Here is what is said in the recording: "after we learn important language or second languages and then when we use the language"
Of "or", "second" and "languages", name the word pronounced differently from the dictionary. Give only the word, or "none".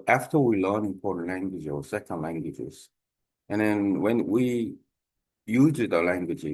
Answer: or